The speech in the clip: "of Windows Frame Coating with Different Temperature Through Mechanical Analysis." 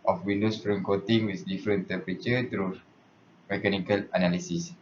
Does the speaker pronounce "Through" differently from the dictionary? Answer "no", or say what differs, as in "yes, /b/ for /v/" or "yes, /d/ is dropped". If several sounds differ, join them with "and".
yes, /t/ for /θ/